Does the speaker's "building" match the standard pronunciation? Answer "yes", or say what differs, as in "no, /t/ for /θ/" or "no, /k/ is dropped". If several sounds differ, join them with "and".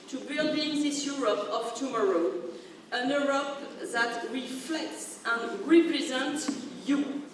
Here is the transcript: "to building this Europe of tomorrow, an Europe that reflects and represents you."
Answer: yes